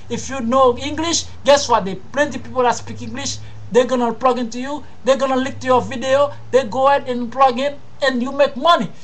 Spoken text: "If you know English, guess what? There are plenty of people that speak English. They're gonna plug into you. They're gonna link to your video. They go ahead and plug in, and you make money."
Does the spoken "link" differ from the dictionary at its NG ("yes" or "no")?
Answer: yes